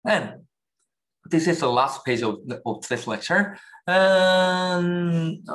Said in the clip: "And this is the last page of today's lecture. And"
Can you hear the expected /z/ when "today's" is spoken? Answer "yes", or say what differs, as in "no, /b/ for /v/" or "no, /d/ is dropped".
no, /s/ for /z/